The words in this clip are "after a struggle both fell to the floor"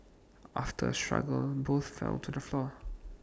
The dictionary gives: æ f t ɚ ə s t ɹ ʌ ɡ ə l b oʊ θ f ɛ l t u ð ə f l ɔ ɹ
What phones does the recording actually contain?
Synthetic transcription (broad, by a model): æ f t ɚ ə s t ɹ ʌ ɡ ə l b oʊ θ f ɛ l t u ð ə f l ɔ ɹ